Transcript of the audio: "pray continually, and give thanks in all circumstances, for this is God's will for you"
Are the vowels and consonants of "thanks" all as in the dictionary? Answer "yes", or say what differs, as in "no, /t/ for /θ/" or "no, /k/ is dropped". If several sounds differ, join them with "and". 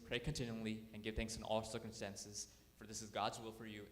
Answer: yes